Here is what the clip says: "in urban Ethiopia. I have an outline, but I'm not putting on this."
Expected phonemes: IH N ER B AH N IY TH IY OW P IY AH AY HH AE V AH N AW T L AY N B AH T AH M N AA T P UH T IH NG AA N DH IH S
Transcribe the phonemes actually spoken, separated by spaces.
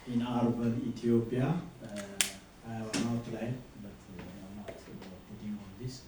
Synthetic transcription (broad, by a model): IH N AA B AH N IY T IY OW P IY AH AY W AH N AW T L AY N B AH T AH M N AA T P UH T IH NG AA N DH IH S